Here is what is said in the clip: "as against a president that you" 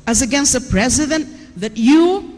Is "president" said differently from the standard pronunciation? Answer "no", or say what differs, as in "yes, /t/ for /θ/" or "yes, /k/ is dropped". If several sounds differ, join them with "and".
no